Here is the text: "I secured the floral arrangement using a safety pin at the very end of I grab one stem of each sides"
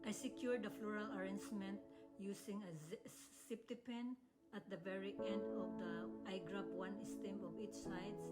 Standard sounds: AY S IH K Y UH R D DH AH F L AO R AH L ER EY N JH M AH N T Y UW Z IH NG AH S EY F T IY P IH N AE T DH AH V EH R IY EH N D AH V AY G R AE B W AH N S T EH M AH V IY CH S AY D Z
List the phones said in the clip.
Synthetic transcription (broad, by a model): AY S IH K Y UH R D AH F L AO R AH L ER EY N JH M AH N T Y UW S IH NG AH S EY P T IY P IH N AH T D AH V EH R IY EH N D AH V AY G R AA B W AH N S T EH M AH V IY CH S AY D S